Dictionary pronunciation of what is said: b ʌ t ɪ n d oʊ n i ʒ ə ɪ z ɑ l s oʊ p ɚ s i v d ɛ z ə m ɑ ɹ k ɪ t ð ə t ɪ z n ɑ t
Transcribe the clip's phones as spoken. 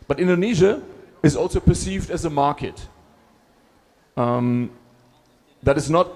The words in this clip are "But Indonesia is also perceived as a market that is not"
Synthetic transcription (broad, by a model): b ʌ t ɪ n d oʊ n i ʒ ə ɪ z ɑ l s oʊ p ɚ s i v d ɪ z ə m ɑ ɹ k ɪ t ð ə t ɪ z n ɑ t